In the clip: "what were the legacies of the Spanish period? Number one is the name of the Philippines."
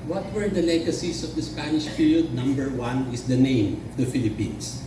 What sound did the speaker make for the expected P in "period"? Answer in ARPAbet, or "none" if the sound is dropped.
F